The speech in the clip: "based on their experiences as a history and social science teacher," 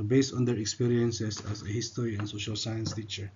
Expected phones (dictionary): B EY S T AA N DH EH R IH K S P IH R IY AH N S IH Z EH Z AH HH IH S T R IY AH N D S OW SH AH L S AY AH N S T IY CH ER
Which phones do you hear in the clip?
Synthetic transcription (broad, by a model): B EY S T AA N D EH R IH K S P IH R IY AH N S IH S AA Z AH HH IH S T R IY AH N S OW SH AH L S AY AH N S T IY CH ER